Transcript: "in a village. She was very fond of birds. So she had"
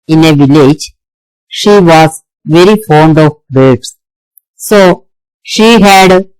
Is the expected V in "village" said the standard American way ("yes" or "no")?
yes